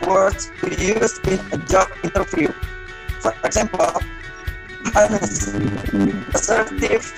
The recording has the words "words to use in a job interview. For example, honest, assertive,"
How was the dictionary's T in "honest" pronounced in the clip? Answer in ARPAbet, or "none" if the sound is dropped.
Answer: none